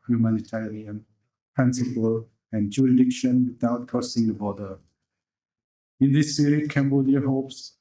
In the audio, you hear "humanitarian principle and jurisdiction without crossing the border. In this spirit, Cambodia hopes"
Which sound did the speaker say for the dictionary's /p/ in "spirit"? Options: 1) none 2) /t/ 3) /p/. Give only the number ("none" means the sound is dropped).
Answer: 1